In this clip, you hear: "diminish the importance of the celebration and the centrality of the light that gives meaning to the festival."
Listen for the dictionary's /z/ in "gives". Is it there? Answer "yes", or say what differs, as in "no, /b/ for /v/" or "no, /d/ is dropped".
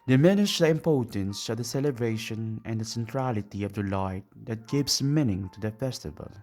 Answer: no, /s/ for /z/